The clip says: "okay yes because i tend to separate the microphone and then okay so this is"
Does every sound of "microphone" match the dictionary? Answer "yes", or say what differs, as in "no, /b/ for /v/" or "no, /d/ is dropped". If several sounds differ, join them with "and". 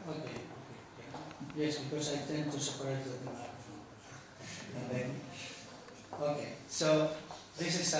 no, /n/ is dropped